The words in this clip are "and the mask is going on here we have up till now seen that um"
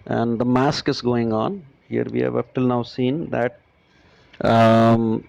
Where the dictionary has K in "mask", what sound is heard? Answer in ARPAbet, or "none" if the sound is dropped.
K